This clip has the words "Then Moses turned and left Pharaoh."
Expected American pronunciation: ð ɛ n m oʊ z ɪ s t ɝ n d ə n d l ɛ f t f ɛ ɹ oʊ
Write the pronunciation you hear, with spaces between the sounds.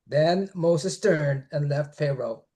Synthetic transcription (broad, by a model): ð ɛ n m oʊ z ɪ s t ɝ n d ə n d l ɛ f t f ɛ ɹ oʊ